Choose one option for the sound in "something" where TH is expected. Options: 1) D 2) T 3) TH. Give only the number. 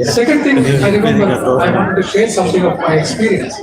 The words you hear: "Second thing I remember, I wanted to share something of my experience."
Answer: 2